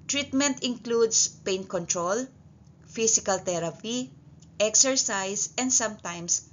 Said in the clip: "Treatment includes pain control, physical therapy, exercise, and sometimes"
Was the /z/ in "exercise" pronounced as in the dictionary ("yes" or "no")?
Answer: no